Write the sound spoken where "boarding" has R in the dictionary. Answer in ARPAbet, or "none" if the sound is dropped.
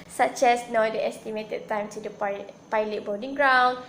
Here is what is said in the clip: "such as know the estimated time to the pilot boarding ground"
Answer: L